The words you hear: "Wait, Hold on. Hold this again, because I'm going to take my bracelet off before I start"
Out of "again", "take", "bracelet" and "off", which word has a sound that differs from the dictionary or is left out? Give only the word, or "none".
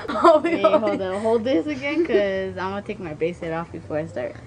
bracelet